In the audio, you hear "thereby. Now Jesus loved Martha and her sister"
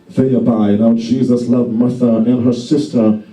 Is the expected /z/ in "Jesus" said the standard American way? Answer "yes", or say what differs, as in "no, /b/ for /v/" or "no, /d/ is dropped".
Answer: yes